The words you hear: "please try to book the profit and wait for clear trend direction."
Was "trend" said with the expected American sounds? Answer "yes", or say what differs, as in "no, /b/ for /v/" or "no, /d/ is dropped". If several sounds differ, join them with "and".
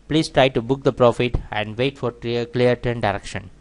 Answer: no, /ɹ/ is dropped